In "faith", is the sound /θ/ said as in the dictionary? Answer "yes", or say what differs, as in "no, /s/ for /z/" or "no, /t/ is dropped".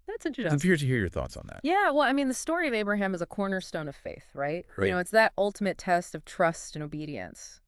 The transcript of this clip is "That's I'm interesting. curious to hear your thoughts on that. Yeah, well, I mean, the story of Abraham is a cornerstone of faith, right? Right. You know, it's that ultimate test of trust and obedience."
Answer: yes